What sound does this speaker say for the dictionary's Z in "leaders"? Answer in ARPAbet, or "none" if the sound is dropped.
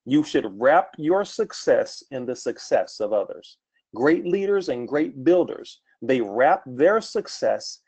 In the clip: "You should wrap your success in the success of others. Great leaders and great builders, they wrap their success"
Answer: Z